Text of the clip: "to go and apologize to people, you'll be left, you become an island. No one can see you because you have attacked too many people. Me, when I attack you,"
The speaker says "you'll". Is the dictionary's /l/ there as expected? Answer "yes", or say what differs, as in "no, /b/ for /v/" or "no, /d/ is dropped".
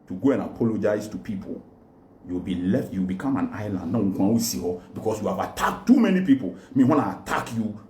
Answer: no, /w/ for /l/